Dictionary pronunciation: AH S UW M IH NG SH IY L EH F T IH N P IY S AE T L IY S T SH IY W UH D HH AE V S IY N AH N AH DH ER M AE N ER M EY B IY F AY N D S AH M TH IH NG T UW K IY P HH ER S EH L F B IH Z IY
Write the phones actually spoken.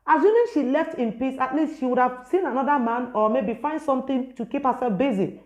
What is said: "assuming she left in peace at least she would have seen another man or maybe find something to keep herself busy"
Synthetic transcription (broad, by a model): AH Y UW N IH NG SH IY L EH F T IH N P IY S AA T L IY S T SH IY W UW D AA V S IY N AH N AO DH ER M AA N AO M EY B IY F AY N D S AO M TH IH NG T UW K IY P HH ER S EH L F B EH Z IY